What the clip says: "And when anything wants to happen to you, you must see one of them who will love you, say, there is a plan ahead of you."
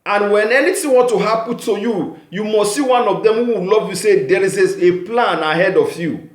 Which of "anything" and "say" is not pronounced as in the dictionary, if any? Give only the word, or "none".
anything